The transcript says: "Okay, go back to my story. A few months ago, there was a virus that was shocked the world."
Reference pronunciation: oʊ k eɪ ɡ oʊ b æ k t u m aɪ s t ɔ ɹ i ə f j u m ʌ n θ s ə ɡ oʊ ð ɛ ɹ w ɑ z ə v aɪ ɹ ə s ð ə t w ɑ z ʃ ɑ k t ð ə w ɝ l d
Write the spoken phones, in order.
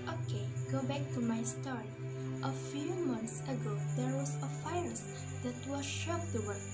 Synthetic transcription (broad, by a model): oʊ k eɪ ɡ oʊ b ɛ k t u m aɪ s t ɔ ɹ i ə f j u m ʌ n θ s ə ɡ oʊ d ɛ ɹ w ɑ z ə f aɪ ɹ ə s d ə t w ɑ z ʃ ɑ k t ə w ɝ